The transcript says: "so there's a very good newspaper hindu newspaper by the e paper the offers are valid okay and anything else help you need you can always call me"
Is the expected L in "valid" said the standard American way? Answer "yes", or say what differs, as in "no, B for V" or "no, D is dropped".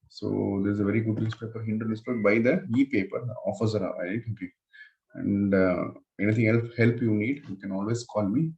no, L is dropped